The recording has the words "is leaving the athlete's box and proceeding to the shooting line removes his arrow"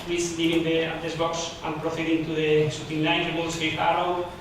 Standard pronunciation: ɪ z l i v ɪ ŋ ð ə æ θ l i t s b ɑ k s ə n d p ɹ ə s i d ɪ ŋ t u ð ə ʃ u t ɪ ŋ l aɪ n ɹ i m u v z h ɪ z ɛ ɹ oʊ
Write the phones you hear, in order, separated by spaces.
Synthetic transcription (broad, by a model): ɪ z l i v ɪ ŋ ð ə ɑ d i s b ɑ k s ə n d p ɹ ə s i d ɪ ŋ t u ð ə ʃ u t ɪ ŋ n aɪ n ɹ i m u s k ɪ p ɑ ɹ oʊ